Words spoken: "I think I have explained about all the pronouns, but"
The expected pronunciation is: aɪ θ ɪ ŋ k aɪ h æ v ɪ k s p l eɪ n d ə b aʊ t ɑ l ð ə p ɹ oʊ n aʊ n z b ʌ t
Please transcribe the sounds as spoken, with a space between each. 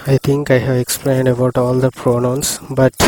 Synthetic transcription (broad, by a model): aɪ t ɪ ŋ k aɪ h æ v ɪ k s p l eɪ n d ə b aʊ t ɑ l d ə p ɹ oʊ n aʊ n s b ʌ t